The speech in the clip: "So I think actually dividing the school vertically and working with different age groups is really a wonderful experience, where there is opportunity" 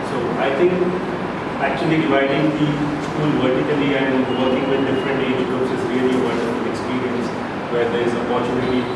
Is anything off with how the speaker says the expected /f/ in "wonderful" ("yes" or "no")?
yes